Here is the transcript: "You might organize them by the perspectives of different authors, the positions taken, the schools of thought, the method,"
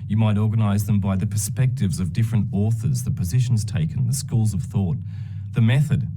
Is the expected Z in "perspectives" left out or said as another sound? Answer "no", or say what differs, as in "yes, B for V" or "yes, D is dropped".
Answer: no